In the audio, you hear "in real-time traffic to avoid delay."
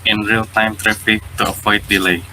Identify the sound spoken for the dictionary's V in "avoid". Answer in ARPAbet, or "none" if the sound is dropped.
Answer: P